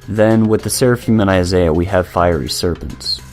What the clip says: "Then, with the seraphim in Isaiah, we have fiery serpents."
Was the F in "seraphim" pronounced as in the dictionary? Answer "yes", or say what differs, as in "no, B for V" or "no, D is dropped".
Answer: yes